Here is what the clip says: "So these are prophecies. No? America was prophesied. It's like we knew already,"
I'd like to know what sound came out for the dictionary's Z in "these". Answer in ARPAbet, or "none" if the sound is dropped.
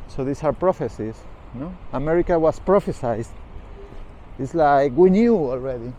S